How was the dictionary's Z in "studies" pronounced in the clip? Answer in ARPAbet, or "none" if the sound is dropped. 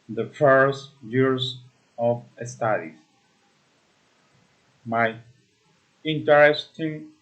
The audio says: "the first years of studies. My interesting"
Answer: none